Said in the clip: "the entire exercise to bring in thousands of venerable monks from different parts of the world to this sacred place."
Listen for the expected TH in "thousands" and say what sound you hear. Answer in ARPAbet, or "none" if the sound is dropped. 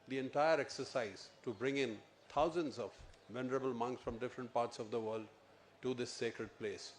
T